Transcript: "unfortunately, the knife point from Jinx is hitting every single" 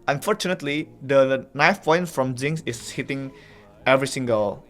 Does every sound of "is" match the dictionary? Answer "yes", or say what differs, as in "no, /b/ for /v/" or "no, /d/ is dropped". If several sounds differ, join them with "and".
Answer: no, /s/ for /z/